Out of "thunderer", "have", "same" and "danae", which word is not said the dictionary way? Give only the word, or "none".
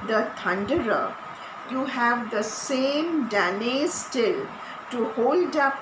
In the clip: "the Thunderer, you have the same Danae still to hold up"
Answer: thunderer